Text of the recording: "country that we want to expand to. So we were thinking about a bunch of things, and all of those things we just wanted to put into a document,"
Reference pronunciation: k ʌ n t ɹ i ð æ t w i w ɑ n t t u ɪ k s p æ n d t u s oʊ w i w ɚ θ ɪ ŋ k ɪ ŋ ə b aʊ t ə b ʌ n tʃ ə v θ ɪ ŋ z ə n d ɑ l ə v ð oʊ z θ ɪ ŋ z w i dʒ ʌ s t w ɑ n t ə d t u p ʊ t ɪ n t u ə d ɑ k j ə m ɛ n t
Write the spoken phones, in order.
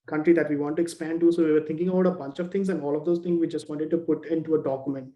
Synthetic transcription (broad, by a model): k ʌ n t ɹ i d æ t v i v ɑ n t t u ɪ k s p æ n d t u s oʊ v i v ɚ t ɪ ŋ k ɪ ŋ ə b aʊ t ə b ʌ n tʃ ə v t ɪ ŋ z ə n d ɑ l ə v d oʊ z t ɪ ŋ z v i dʒ ʌ s t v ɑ n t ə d t u p ʊ t ɪ n t u ə d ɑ k j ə m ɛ n t